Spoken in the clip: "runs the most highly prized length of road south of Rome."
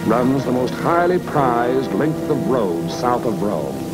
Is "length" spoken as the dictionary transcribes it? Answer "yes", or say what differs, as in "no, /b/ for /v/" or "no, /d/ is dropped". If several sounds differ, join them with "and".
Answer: yes